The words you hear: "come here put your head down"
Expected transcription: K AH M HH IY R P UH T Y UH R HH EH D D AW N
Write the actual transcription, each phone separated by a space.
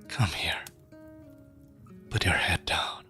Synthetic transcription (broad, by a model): K AH M HH IY R B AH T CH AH R HH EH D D AW N